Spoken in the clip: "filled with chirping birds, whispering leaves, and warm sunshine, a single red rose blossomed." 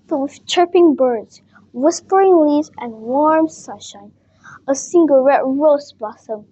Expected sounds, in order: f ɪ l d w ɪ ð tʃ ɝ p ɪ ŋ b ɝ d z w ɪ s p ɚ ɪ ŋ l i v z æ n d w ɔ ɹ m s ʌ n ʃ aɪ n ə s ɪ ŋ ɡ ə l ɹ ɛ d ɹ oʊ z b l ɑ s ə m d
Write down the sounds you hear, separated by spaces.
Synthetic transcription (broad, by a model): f w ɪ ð tʃ ɝ p ɪ ŋ b ɝ d z w ɪ s p ɚ ɪ ŋ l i z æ n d w ɔ ɹ m s ʌ n ʃ aɪ n ə s ɪ ŋ ɡ ə l ɹ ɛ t ɹ oʊ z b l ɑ s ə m